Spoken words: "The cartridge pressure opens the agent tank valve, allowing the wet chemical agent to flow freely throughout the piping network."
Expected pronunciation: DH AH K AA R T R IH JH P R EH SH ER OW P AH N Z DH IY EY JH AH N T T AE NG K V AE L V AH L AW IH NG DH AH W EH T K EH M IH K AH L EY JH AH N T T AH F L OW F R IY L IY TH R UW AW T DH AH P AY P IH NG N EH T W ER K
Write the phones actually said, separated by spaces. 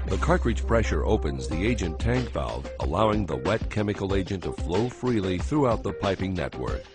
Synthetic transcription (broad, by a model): DH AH K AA R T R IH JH P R EH SH ER OW P AH N Z DH IY EY JH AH N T T AE NG K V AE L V AH L AW IH NG DH AH W EH T K EH M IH K L EY JH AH N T T AH F L OW F R IY L IY TH R UW AW T DH AH P AY P IH NG N EH T W ER K